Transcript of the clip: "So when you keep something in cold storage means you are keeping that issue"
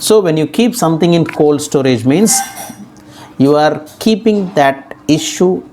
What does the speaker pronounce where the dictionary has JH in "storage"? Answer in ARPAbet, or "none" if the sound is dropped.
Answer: JH